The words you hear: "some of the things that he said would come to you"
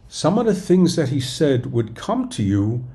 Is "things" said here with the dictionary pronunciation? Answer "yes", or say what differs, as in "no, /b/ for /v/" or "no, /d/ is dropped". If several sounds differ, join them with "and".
yes